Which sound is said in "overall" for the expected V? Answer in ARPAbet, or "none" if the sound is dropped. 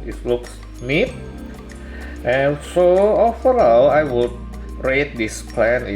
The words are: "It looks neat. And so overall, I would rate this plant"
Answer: F